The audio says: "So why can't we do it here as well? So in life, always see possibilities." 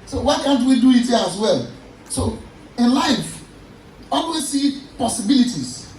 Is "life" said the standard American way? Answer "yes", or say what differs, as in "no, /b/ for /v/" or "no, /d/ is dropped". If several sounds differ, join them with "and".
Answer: yes